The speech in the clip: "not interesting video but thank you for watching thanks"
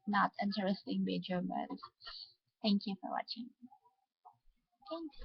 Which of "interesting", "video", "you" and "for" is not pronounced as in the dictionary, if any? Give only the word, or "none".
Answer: video